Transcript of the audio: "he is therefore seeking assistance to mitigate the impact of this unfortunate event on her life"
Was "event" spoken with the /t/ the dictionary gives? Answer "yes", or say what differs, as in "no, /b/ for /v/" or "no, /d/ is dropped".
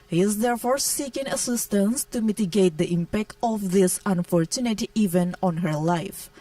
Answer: no, /t/ is dropped